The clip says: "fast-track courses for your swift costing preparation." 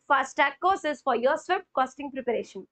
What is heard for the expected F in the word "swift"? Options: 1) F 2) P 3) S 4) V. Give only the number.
2